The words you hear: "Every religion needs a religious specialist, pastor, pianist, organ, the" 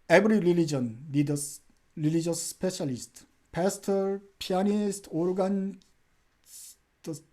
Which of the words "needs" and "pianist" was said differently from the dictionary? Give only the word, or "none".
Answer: needs